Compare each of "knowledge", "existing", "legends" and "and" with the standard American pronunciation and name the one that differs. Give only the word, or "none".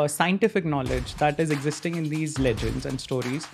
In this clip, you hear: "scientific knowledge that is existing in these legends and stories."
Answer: none